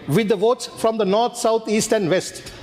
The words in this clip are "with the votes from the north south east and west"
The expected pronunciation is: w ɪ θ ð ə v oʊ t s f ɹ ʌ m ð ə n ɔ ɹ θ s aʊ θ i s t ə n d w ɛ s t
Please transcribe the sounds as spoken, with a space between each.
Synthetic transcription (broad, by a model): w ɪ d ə v oʊ t s f ɹ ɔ m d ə n ɔ ɹ t s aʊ t i s t ə n d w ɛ s t